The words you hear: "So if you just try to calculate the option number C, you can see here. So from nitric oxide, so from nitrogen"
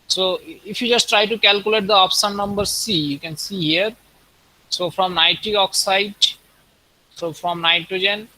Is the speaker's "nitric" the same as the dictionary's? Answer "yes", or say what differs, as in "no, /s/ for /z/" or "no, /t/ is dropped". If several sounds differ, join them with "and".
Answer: no, /k/ is dropped